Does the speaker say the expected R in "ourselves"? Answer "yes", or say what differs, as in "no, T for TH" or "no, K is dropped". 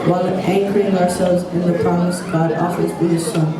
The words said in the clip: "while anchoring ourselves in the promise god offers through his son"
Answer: yes